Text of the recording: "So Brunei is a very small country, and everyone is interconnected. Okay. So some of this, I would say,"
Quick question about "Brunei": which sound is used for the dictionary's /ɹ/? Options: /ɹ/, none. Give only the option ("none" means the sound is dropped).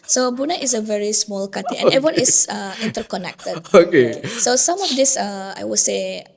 none